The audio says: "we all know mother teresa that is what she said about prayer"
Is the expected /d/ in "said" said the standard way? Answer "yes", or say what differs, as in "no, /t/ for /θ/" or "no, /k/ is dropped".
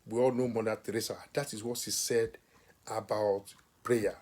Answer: yes